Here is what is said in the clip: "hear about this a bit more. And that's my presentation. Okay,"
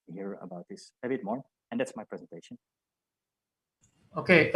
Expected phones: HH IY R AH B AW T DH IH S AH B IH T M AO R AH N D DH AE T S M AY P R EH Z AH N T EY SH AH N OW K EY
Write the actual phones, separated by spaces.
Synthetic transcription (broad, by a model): HH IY R AH B AW T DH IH S AH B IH T M AO R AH N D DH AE T S M AY P R EH Z AH N T EY SH AH N OW K EY